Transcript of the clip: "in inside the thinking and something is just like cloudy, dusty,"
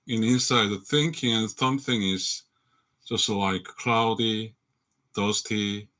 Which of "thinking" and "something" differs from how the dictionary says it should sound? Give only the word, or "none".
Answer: none